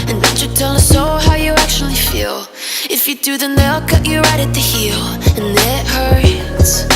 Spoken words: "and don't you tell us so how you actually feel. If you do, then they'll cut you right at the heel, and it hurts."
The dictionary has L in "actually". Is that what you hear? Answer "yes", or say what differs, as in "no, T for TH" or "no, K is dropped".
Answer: yes